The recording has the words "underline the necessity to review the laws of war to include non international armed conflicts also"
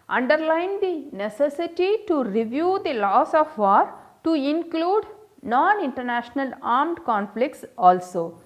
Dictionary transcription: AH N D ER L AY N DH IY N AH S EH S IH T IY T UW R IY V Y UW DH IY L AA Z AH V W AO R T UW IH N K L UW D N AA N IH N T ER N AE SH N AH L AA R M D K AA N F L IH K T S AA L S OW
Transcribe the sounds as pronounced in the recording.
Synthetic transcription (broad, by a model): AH N D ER L AY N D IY N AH S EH S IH T IY T UW R IY V Y UW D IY L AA S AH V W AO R T UW IH N K L UW D N AA N IH N T ER N AE SH N AH L AA R M D K AA N F L IH K T S AA L S OW